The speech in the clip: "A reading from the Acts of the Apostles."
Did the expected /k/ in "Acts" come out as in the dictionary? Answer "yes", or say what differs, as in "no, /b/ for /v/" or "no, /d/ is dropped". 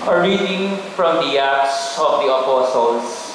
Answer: no, /k/ is dropped